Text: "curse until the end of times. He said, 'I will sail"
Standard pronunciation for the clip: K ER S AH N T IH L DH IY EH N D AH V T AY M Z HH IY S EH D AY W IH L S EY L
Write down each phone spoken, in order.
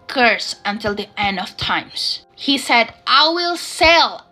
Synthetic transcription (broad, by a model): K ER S AH N T IH L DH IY EH N D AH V T AY M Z HH IY S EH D AY W IH L S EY L